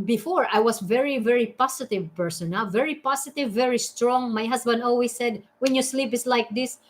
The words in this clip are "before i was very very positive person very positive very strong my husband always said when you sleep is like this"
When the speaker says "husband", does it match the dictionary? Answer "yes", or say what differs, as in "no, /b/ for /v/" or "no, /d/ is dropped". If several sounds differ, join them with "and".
no, /s/ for /z/